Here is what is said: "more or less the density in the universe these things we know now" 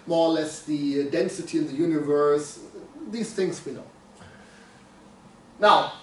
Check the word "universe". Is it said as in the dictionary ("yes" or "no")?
yes